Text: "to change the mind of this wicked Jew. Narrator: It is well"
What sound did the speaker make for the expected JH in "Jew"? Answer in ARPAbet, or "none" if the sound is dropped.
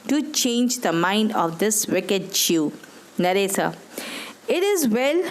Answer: CH